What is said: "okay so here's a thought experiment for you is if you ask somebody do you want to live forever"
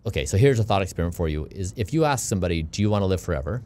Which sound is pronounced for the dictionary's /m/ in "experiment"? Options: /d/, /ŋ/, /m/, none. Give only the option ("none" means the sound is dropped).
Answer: none